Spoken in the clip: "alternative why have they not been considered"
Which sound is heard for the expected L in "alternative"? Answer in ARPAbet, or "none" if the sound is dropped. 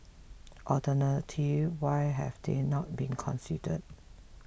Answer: none